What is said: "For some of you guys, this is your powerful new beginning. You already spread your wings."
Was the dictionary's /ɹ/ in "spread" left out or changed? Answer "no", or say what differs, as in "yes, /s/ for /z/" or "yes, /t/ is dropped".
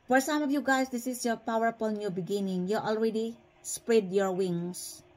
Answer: no